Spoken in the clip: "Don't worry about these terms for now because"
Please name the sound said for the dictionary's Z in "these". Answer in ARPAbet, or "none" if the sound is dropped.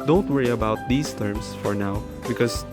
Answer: S